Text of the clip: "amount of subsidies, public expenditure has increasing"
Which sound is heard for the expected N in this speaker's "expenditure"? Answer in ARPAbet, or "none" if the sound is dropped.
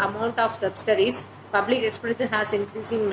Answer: none